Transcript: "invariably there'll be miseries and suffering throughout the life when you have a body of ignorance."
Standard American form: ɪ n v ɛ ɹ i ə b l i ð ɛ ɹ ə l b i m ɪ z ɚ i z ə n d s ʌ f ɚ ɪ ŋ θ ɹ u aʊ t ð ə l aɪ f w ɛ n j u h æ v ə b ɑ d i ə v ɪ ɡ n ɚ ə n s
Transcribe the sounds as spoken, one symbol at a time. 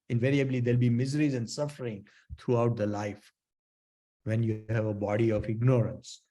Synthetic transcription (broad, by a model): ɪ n v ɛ ɹ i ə b l i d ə l b i m ɪ z ɚ i z ə n d s ʌ f ɚ ɪ ŋ t ɹ u aʊ t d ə l aɪ f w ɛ n j u h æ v ə b ɑ d i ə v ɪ ɡ n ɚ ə n s